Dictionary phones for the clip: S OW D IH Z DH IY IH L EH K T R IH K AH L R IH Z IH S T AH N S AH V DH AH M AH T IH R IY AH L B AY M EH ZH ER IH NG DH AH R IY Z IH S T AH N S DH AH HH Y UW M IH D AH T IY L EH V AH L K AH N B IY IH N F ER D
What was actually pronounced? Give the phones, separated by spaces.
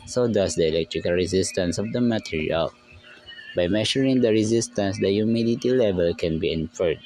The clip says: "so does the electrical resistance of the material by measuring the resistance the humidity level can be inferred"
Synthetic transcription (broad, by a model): S OW D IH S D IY IH L EH K T R IH K AH L R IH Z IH S T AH N S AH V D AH M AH T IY R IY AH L B AY M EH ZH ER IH NG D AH R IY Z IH S T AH N S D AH Y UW M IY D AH T IY L EH V AH L K AH N B IY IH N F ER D